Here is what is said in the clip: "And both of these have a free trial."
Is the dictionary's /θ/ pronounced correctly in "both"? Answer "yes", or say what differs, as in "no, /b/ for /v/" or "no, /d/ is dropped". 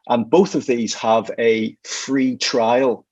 yes